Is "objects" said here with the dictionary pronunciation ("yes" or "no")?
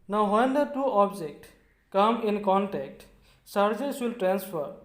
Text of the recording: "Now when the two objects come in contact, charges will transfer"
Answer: no